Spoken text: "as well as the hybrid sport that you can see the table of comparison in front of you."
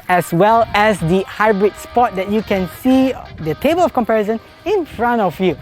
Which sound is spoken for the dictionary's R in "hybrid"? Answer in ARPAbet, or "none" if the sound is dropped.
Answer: R